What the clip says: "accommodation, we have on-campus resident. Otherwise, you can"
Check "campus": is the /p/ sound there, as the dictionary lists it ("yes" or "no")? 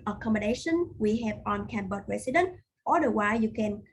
no